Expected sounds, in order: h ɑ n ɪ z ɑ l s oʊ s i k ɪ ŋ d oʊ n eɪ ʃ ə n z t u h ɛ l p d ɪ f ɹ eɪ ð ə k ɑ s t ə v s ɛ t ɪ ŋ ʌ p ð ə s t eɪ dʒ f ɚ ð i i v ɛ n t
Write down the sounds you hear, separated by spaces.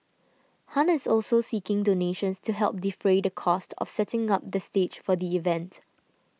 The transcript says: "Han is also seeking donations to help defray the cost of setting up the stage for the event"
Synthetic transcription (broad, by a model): h ɑ n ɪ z ɑ l s oʊ s i k ɪ ŋ d oʊ n eɪ ʃ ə n s t u h ɛ l p d ɪ f ɹ eɪ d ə k ɑ s t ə f s ɛ t ɪ ŋ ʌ p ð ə s t eɪ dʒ f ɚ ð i i v ɛ n t